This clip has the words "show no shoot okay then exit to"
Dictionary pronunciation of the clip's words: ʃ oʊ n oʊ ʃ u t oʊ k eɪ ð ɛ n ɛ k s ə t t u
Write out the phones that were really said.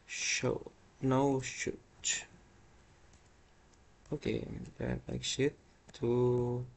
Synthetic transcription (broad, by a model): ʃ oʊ n oʊ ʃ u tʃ oʊ k eɪ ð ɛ l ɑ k ʃ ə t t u